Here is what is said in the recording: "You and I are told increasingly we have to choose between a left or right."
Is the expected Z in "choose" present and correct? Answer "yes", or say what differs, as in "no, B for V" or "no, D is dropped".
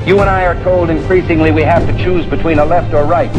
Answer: yes